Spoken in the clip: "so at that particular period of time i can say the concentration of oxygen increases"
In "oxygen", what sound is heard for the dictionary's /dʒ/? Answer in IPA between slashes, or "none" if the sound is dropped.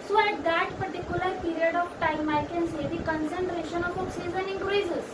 /z/